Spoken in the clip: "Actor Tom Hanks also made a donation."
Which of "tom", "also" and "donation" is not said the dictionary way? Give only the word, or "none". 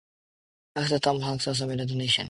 also